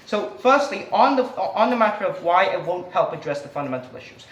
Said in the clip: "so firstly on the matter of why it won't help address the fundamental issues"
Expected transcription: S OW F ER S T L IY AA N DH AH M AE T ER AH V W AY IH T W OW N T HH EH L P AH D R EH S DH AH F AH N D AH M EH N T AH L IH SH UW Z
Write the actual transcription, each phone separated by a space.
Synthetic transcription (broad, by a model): S OW F ER S T L IY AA N DH AH M AE T ER AH V W AY IH T W OW N T HH EH L P AH D R EH S DH AH F AH N D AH M EH N T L IH SH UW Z